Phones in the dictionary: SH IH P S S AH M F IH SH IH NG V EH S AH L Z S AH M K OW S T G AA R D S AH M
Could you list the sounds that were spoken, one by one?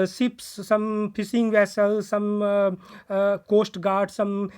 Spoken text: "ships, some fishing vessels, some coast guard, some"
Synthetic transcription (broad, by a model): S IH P S S AH M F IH S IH NG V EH S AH L S AH M K OW S T G AA R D S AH M